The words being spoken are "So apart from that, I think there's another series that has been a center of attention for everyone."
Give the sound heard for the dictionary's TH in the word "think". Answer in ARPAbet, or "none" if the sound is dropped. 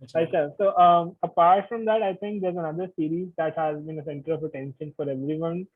T